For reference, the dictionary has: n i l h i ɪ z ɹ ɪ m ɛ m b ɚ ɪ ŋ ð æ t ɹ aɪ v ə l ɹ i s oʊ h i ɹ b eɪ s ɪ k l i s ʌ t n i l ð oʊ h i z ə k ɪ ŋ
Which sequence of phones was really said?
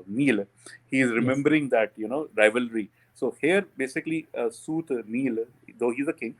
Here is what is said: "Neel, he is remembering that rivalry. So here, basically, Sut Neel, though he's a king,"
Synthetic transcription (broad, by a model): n i l h i ɪ z ɹ ɪ m ɛ m b ɚ ɪ ŋ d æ t ɹ aɪ v ə l ɹ i s oʊ h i ɹ b eɪ s ɪ k l i s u t n i l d oʊ h i z ə k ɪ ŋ